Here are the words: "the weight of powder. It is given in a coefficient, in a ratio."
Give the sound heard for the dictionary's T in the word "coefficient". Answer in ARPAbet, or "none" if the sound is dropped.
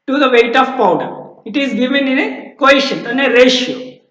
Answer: none